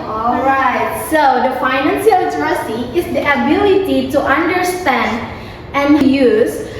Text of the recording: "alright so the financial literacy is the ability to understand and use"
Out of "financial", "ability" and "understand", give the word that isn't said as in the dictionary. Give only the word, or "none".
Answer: financial